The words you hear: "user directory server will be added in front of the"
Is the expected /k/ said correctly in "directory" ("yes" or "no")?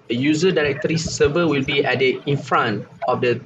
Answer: yes